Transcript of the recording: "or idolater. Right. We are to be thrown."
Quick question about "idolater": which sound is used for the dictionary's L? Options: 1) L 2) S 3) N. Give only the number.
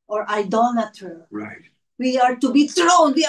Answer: 3